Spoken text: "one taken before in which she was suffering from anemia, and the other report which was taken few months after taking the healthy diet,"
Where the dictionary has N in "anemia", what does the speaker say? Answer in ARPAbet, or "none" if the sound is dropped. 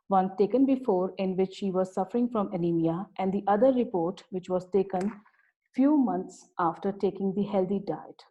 L